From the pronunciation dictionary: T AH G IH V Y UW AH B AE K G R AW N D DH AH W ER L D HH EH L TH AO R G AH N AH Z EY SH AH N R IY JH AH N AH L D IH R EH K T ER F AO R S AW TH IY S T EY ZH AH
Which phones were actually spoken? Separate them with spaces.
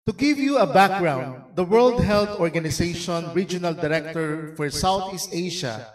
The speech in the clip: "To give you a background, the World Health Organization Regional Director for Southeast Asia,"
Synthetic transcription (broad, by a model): T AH G IH V Y UW AH B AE K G R AW N D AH W ER L D HH EH L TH AO R G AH N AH S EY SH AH N R IY JH AH N AH L D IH R EH K T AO F AO R S AW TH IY S T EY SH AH